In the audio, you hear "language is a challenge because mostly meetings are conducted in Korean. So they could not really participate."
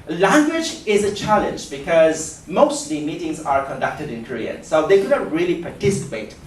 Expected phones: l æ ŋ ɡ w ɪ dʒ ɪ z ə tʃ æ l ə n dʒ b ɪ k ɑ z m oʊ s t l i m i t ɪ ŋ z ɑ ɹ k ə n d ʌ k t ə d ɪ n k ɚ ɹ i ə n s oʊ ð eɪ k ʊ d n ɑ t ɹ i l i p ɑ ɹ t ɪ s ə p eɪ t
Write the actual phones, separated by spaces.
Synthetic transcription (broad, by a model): l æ ŋ ɡ w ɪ dʒ ɪ z ə tʃ æ l ə n dʒ b ɪ k ɑ z m oʊ s t l i m i t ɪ ŋ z ɑ ɹ k ə n d ʌ k t ə d ɪ n k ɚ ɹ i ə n s oʊ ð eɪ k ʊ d n ɑ t ɹ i l i p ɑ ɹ t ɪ s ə p eɪ t